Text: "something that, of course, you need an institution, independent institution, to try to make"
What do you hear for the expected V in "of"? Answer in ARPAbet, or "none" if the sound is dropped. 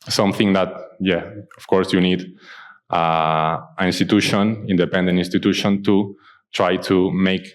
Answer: F